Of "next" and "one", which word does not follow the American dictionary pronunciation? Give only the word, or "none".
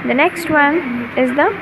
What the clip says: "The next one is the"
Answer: none